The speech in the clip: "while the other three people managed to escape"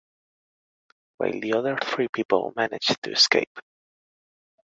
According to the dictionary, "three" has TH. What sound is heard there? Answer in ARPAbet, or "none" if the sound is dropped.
TH